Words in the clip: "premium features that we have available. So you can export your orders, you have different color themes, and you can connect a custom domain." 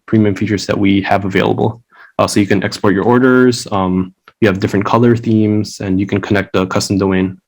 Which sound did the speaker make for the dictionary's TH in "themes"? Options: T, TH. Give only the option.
TH